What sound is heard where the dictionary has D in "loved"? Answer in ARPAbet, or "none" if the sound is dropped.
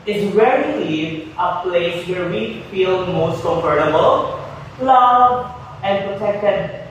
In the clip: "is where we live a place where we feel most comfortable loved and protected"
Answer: none